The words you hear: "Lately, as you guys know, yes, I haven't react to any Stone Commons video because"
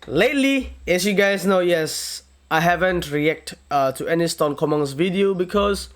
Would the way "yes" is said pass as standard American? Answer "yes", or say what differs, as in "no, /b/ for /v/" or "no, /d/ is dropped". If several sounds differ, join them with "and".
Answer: yes